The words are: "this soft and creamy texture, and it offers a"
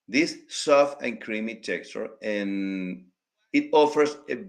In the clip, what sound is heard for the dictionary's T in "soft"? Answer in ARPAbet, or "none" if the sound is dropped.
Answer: none